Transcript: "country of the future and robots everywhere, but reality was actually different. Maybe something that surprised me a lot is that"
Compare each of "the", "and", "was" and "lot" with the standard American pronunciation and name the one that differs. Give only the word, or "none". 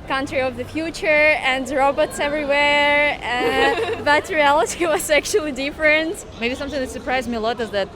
was